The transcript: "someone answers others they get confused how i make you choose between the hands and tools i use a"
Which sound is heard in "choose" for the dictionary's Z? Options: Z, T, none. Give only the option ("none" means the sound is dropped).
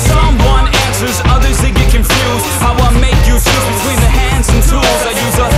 none